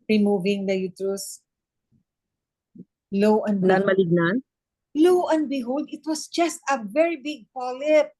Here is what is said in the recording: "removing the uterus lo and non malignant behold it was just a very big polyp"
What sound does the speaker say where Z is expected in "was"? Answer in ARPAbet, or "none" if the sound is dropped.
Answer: S